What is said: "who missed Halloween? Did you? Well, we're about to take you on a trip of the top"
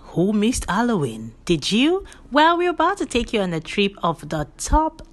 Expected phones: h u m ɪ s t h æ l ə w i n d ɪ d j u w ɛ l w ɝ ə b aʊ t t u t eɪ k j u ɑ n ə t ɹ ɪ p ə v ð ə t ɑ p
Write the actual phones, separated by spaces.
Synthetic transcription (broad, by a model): h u m ɪ s t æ l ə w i n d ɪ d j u w ɛ l w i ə b aʊ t t u t eɪ k j u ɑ n ə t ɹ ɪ p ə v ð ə t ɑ p